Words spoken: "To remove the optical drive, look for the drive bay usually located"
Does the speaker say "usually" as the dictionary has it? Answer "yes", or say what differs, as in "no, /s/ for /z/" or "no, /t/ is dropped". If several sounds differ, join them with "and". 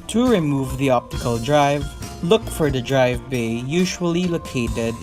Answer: yes